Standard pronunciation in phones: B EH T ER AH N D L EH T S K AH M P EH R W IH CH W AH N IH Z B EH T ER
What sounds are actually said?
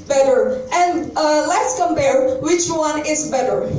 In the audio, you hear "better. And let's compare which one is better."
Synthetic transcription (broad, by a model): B EH T ER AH N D L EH T S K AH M B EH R W IH CH W AH N IH Z B EH T ER